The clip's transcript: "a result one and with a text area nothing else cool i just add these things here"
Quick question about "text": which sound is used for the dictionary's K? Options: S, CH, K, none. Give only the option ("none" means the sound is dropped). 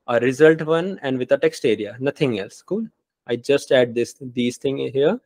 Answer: K